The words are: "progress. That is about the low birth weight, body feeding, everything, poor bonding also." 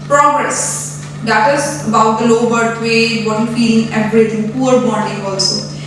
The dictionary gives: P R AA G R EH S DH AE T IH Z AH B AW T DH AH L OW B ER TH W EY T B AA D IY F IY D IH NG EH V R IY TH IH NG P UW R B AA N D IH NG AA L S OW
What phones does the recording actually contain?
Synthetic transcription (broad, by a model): P R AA G R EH S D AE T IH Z AH B AW T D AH L OW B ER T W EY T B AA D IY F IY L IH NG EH R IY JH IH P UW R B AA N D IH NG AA L S OW